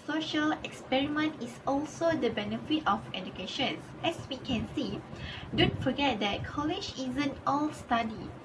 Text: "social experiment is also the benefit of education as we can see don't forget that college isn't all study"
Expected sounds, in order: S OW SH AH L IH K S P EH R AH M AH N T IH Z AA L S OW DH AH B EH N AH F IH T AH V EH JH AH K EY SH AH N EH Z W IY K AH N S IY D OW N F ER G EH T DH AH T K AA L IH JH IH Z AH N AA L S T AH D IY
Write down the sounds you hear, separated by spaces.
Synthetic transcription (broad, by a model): S OW SH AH L IH K S P EH R AH M AH N T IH S AA L S OW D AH B EH N AH F IH T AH F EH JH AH K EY SH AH N EH S W IY K AH N S IY D OW N F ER G EH T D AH T K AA L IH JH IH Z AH N AA L S T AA D IY